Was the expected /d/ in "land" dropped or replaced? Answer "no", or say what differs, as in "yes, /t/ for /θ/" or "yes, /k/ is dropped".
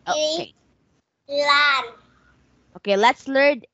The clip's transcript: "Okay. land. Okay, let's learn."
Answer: yes, /d/ is dropped